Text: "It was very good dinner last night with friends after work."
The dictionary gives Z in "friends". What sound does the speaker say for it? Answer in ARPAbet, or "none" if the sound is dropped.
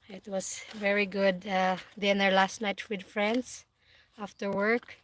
S